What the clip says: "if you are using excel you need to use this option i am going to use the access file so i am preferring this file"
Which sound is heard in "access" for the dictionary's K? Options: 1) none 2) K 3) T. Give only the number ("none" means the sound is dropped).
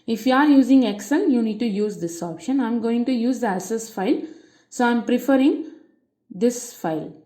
1